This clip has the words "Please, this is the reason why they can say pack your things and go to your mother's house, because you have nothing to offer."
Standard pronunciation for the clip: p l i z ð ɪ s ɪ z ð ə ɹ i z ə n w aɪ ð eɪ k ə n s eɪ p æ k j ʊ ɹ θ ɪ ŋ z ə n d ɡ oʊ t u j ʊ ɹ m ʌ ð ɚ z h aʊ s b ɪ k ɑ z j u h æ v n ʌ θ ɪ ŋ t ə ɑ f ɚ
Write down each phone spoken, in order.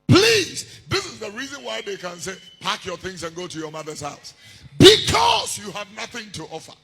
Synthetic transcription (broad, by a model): p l i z ð ɪ s ɪ z ð ə ɹ i z ə n w aɪ ð eɪ k ə n s eɪ p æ k j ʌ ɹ θ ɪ ŋ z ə n ɡ oʊ t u j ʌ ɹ m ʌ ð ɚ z h aʊ s b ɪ k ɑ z j u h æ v n ʌ θ ɪ ŋ t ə ɑ f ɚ